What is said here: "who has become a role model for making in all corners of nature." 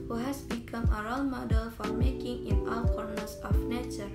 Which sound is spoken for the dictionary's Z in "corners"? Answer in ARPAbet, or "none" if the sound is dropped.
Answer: S